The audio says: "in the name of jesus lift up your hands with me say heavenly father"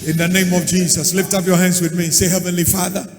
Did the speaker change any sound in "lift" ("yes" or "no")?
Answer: no